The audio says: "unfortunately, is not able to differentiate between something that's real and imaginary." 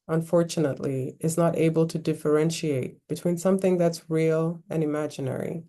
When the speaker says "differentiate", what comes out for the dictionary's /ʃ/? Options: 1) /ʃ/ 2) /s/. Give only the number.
1